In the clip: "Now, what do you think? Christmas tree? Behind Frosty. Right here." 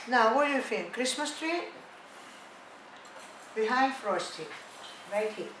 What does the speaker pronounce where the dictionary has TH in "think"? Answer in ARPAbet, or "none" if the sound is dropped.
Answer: F